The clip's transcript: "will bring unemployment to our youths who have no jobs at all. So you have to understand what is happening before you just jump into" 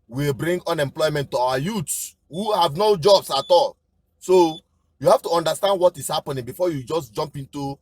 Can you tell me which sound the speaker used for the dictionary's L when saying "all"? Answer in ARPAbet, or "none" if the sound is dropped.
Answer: L